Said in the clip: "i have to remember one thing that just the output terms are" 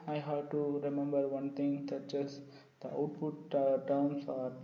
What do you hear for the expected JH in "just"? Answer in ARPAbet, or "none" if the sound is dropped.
CH